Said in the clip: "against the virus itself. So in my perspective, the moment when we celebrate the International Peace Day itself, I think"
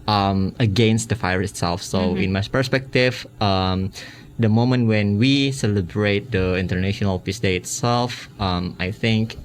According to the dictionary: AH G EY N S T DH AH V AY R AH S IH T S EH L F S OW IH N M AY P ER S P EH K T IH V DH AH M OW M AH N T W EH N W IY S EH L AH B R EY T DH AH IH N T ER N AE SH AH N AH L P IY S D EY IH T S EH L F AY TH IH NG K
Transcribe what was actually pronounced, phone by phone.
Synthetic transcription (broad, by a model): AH G EY N S T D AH F AY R IH T S EH L F S OW IH N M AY P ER S P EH K T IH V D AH M OW M AH N T W EH N W IY S EH L AH B R EY T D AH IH N T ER N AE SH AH N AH L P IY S D EY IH T S EH L F AY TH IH NG K